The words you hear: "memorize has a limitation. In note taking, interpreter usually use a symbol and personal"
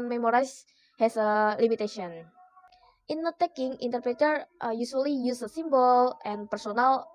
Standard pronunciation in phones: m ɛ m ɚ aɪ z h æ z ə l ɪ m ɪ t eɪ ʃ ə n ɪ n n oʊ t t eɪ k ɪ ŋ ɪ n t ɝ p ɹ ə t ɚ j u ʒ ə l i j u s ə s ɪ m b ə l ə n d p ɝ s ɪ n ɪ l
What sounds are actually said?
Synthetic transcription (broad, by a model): m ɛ m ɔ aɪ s h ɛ s ə l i m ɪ t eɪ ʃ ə ɪ n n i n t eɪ k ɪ ŋ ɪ n t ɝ p ɹ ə t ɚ j u s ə l i j u s ə s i m b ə l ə n p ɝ s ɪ n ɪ l